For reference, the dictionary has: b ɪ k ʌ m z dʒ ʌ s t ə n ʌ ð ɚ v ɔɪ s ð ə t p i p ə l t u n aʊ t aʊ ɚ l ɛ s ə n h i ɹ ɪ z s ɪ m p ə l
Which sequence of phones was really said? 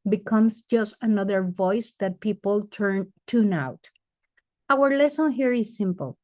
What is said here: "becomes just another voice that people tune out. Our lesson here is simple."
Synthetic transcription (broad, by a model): b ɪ k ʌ m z dʒ ʌ s t ə n ʌ ð ɚ v ɔɪ s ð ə t p i p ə n t u n aʊ t aʊ ɚ l ɛ s ə n h i ɹ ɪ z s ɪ m p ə l